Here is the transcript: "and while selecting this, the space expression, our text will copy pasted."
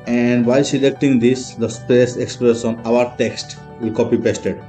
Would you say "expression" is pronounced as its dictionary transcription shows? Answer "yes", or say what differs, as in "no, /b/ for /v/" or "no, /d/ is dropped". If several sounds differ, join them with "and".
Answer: no, /s/ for /ʃ/